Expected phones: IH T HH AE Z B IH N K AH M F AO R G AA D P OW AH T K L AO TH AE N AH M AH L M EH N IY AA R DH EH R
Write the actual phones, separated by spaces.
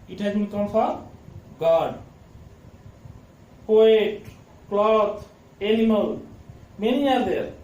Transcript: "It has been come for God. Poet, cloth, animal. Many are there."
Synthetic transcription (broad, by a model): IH T HH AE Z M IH K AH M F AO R G AA D P OW AH T K L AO T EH L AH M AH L M EH N IY AA R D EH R